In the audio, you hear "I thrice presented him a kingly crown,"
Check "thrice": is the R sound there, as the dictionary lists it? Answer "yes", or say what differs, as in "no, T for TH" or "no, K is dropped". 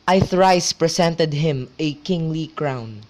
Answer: yes